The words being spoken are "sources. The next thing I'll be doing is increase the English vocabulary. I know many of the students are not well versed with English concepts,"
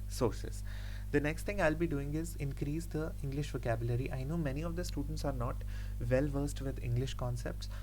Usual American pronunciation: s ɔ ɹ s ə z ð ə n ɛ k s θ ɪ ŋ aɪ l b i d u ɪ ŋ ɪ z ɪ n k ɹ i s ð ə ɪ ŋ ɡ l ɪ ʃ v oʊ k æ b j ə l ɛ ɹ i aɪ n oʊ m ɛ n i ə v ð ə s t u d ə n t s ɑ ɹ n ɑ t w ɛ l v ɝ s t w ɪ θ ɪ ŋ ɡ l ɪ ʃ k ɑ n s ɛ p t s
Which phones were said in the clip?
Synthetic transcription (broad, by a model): s ɔ ɹ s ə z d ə n ɛ k s t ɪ ŋ aɪ l b i d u ɪ ŋ ɪ z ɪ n k ɹ i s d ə ɪ ŋ ɡ l ɪ ʃ v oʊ k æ b j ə l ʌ ɹ i aɪ n oʊ m ɛ n i ə v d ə s t u d ə n t s ɑ ɹ n ɑ t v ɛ l v ɝ s t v ɪ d ɪ ŋ ɡ l ɪ ʃ k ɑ n s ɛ p t s